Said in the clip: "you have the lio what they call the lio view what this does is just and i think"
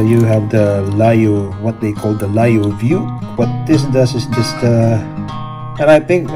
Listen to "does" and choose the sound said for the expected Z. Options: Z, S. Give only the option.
S